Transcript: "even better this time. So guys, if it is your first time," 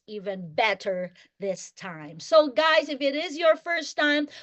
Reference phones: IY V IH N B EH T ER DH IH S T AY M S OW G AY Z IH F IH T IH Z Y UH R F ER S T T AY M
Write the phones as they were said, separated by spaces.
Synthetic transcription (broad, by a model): IY V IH N B EH T ER DH IH S T AY M S OW G AY Z IH F IH T IH Z Y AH R F ER S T T AY M